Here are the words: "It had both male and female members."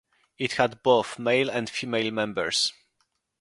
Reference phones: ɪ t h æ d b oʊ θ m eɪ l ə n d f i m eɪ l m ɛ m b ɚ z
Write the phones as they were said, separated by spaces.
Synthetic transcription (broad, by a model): ɪ t h æ d b oʊ θ m eɪ l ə n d f i m eɪ l m ɛ m b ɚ s